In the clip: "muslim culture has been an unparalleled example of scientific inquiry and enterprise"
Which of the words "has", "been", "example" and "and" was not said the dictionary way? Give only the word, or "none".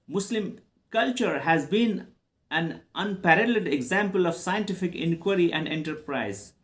none